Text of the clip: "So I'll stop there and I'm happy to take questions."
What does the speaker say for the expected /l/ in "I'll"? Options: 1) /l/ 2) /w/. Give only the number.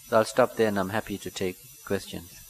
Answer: 1